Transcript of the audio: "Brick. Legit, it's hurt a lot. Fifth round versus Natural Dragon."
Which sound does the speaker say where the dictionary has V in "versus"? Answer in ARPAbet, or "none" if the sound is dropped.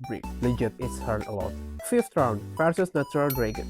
P